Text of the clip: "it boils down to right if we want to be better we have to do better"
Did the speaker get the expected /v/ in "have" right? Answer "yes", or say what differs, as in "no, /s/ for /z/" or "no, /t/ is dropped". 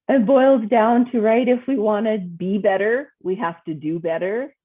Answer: no, /f/ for /v/